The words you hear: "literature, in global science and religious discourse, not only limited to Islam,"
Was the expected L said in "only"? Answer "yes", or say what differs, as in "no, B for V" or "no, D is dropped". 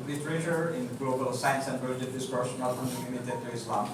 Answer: no, L is dropped